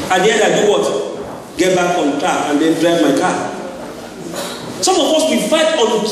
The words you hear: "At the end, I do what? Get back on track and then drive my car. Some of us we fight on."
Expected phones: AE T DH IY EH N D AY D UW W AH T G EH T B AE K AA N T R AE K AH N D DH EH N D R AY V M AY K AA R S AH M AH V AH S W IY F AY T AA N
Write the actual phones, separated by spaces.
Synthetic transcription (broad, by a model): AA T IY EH D AY D UW W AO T G EH T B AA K AA N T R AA AH N D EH N D R AY V M AY K AA S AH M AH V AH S W IY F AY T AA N